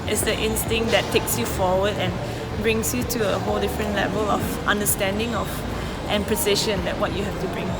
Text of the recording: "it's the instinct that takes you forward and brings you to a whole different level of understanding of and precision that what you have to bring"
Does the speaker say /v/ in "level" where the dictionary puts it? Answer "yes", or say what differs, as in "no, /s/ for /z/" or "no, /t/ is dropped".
yes